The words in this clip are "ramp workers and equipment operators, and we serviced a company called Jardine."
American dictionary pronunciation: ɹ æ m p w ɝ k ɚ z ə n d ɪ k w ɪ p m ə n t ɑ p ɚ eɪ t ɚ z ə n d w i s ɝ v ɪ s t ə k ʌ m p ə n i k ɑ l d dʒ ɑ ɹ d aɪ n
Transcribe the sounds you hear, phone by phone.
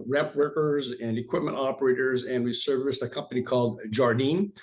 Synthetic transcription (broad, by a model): ɹ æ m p w ɝ k ɚ z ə n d ɪ k w ɪ p m ə n t ɑ p ɚ eɪ t ɚ z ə n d w i s ɝ v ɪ s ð ə k ʌ m p ə n i k ɑ l d dʒ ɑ ɹ d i n